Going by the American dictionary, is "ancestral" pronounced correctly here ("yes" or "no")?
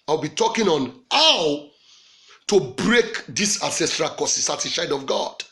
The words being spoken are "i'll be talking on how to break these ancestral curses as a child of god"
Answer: no